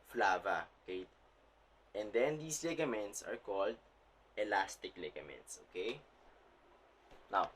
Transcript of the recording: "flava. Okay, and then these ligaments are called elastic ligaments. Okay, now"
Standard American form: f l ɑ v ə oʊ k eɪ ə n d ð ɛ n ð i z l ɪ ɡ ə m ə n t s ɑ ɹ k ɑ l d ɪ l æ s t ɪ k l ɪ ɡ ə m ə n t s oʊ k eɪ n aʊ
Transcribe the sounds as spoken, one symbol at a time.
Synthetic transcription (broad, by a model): f l ɑ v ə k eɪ ə n d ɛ n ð i s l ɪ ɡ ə m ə n t s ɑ ɹ k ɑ l d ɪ l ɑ s t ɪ k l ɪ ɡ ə m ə n t s oʊ k eɪ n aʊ